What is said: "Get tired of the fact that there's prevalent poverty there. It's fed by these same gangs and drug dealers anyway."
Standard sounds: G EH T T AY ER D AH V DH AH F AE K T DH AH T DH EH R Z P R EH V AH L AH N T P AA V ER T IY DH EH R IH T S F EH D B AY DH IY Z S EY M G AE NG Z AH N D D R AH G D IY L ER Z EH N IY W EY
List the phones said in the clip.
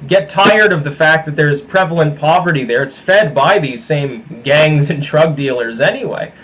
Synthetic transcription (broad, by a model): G EH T T AY ER D AH V DH AH F AE K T DH AH T DH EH R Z P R EH V L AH N P AA V ER T IY DH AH R IH T S F EH D B AY DH IY Z S EY M G AE NG Z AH N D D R AH G D IY L ER Z EH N IY W EY